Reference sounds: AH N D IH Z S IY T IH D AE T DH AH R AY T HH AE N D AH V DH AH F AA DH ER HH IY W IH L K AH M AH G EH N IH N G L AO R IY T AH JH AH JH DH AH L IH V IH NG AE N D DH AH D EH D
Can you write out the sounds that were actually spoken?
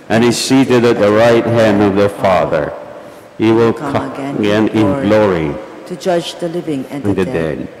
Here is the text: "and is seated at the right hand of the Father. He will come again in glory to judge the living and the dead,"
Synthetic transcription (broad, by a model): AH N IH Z S IY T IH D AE T DH AH R AY T HH AE N D AH V DH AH F AA DH ER HH IY W IH L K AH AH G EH N IH N G L AO R IY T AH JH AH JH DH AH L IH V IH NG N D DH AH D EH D